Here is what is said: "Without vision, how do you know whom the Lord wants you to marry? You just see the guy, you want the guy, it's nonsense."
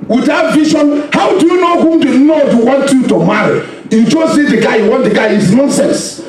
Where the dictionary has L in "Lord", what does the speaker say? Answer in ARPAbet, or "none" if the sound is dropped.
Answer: N